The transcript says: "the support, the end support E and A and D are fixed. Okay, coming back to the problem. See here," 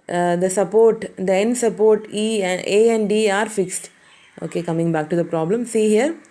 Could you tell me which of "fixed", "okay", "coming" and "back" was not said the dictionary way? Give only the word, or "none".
none